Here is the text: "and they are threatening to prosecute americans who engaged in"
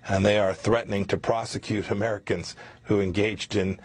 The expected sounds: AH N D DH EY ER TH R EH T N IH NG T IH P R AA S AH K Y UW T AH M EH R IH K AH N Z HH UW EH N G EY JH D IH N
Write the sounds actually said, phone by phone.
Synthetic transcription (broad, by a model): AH N DH EY ER TH R EH T N IH NG T IH P R AA S AH K Y UW T AH M EH R IH K AH N Z HH UW EH N G EY JH D IH N